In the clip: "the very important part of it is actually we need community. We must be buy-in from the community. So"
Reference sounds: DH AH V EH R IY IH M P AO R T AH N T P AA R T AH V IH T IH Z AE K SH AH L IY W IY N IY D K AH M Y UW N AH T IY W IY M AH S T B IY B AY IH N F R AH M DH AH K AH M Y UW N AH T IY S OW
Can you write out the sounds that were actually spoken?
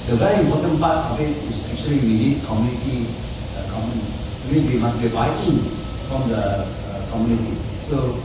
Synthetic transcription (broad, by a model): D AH V EH R IY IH M P AO T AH N P AA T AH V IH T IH S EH K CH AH L IY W IY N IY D K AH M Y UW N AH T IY W IY M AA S B IY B AY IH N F R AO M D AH K AH M Y UW N AH T IY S OW